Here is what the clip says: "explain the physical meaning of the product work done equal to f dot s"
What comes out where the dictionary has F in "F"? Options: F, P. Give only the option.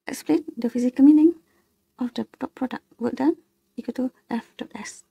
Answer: F